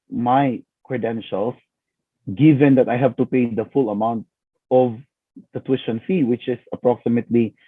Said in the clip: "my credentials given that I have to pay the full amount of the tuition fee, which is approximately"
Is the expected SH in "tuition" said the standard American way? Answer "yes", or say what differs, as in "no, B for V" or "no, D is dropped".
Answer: no, S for SH